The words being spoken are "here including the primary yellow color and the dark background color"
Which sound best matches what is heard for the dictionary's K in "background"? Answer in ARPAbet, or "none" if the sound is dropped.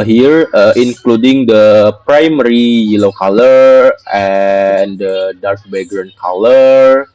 none